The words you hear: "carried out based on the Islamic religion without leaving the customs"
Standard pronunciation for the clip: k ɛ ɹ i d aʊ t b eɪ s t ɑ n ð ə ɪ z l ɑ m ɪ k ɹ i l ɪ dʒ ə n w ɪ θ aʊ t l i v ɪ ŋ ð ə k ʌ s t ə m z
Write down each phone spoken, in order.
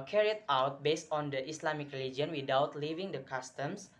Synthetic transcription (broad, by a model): k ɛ ɹ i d aʊ t b eɪ s t ɑ n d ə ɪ s l ɑ m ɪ k ɹ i l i dʒ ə n w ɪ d aʊ t l i v ɪ ŋ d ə k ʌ s t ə m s